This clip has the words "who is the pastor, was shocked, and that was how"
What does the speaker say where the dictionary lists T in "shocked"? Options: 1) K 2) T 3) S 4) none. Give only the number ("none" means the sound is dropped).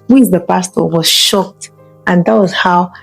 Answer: 2